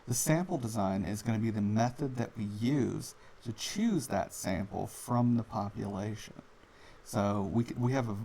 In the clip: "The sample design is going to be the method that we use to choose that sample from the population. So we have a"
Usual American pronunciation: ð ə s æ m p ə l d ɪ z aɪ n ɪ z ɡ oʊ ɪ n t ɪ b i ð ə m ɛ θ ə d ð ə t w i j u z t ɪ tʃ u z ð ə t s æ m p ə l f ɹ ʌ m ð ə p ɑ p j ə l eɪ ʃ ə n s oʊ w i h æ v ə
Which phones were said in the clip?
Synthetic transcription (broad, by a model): ð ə s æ m p l d ɪ z aɪ n ɪ z ɡ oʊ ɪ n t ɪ b i ð ə m ɛ θ ə d ð ə t w i j u z t ɪ tʃ u z ð ə t s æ m p l f ɹ ʌ m ð ə p ɑ p j ə l eɪ ʃ ə n s oʊ w i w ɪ v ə